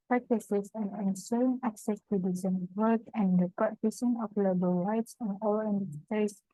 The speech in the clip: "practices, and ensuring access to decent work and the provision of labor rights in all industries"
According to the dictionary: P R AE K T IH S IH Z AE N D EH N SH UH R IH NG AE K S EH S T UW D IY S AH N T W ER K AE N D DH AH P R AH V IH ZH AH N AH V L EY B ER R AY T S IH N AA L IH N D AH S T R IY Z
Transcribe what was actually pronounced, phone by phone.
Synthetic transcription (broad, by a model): P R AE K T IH S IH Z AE N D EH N S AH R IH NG AE K S EH S T UW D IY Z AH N W ER K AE N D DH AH P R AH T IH S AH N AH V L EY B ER R AY T S IH N AA L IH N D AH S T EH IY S